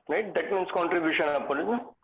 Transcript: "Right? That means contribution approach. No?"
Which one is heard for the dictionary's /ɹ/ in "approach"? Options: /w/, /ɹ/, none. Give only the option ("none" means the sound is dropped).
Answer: none